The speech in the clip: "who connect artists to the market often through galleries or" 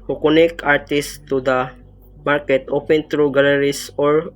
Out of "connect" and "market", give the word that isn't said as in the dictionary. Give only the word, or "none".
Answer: connect